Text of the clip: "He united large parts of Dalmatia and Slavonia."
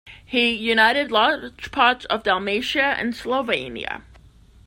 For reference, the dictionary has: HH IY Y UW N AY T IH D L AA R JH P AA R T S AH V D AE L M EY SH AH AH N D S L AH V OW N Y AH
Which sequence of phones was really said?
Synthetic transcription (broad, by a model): HH IY Y UW N AY T IH D L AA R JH P AA R T S AH V D AE L M EY SH AH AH N S L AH V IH N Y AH